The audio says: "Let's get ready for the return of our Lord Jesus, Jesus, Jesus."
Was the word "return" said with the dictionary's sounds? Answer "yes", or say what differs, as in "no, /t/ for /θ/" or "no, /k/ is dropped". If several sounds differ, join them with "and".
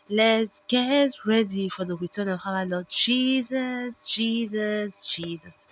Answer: no, /w/ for /ɹ/